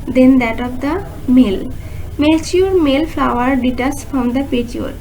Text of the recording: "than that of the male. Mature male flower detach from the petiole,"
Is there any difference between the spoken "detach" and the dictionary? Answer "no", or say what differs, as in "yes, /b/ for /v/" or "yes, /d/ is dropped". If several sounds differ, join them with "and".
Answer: yes, /s/ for /tʃ/